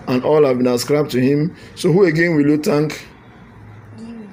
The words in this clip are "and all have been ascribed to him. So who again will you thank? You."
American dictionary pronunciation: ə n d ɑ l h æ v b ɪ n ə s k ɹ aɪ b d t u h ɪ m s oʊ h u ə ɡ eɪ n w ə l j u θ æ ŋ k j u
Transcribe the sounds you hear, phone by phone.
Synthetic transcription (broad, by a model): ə n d ɑ l h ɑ v b ɪ n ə s k ɹ aɪ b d t u h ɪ m s oʊ h u ə ɡ eɪ n w ə l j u t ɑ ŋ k